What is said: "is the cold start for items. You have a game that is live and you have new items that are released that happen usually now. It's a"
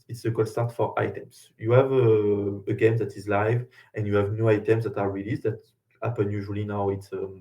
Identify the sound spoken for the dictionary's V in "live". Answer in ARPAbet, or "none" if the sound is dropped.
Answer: V